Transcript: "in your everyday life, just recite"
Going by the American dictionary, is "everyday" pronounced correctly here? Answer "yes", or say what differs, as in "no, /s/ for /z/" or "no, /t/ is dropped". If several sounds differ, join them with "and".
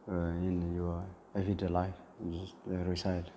no, /ɹ/ is dropped